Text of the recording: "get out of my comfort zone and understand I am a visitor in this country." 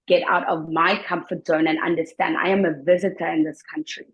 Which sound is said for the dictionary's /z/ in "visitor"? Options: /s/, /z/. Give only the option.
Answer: /z/